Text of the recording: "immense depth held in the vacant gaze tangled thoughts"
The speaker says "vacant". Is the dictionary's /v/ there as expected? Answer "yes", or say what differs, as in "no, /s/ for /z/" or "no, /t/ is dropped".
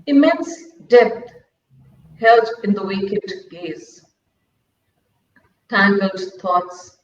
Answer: no, /w/ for /v/